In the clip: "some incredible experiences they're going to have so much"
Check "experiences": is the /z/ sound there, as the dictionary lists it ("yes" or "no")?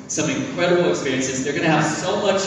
yes